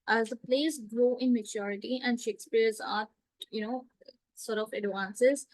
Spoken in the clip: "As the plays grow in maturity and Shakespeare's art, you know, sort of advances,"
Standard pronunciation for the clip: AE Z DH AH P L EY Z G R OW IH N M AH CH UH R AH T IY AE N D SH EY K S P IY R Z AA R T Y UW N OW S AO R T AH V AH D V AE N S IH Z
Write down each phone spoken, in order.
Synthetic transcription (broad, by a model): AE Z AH P L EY S G R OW IH N M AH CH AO R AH T IY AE N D SH EY K S P IY R Z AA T Y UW N OW S AO R T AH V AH D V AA N S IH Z